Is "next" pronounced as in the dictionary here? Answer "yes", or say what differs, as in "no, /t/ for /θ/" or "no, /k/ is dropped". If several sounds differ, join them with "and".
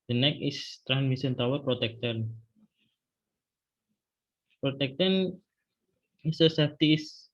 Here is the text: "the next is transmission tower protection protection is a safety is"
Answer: no, /s/ is dropped